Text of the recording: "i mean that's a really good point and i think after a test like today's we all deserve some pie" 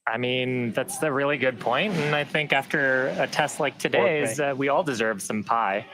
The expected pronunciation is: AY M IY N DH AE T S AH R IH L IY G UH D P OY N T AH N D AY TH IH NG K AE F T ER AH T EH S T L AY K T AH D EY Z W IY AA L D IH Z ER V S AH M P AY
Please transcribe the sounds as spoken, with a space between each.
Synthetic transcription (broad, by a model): AY M IY N DH AE T S AH R IH L IY G UH D P OY N T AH N AY TH IH NG K AE F T ER AH T EH S T L AY K T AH D EY Z W IY AA L D IH Z ER V S AH M P AY